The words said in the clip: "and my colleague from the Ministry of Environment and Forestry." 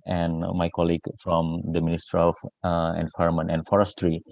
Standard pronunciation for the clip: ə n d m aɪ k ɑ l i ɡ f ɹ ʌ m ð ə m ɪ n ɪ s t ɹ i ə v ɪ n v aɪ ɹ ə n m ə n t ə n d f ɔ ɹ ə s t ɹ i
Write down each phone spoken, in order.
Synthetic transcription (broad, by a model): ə n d m aɪ k ɑ l i ɡ f ɹ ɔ m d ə m ɪ n ɪ s t ɹ i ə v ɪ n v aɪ ə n m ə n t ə n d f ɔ ɹ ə s t ɹ i